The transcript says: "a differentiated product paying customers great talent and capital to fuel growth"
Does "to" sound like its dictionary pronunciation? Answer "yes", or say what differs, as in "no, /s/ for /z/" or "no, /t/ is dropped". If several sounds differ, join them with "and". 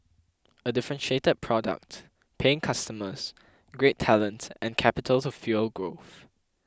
no, /s/ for /t/